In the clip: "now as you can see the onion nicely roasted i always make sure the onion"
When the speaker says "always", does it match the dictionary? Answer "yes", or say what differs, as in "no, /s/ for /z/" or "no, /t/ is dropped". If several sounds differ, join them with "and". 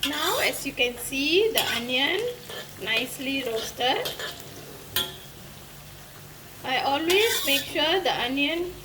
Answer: no, /s/ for /z/